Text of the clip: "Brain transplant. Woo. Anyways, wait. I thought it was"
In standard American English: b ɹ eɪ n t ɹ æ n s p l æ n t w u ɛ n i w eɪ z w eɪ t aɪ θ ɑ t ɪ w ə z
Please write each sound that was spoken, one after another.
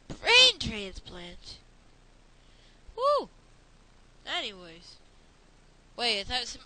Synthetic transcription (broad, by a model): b ɹ eɪ n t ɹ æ n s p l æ n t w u ɛ n i w eɪ z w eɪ ɪ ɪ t ɪ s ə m